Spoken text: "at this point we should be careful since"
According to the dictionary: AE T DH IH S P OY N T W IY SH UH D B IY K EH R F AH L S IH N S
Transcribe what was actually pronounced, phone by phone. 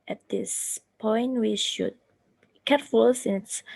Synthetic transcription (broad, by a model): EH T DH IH S P OY N T W IY SH UH D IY K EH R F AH L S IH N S